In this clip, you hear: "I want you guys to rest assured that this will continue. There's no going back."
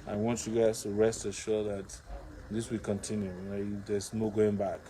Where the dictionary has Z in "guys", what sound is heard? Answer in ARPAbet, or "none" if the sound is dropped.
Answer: S